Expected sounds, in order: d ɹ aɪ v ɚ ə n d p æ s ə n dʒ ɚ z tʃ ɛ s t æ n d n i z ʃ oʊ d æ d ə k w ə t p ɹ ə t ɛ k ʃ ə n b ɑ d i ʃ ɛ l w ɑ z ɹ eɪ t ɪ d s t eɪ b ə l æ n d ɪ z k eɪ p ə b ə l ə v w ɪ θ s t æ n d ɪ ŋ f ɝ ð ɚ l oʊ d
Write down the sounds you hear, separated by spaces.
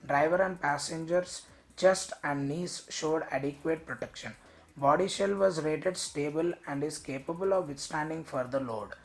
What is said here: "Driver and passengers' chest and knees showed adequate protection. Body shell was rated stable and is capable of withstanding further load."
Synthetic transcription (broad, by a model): d ɹ aɪ v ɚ ə n d p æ s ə n dʒ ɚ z tʃ ɛ s t æ n d n i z ʃ oʊ d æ d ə k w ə t p ɹ ə t ɛ k ʃ ə n b ɑ d i ʃ ɛ l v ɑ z ɹ eɪ t ɪ d s t eɪ b ə l æ n d ɪ z k eɪ p ə b ə l ə v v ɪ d s t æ n d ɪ ŋ f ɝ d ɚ l oʊ d